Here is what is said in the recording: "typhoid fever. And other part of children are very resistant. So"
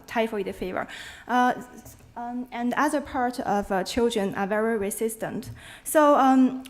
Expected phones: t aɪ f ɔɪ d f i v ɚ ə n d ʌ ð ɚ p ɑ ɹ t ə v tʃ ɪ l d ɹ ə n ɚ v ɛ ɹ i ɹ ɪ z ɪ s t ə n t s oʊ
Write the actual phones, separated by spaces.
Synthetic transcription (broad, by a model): t aɪ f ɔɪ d f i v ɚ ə n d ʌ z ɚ p ɑ ɹ t ə v tʃ ɪ l d ɹ ə n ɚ v ɛ ɹ i ɹ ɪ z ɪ s t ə n t s oʊ